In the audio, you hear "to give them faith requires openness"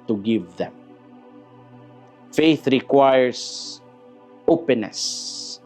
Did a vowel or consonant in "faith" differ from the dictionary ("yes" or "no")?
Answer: no